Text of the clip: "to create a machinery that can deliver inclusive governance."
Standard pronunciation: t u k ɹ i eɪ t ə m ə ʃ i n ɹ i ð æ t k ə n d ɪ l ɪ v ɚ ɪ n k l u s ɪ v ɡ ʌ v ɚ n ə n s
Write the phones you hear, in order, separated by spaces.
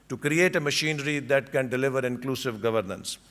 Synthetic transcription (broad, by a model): t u k ɹ i eɪ t ə m ə ʃ i n ɹ i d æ t k ə n d ɪ l ɪ v ɚ ɪ n k l u s ɪ v ɡ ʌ v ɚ n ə n s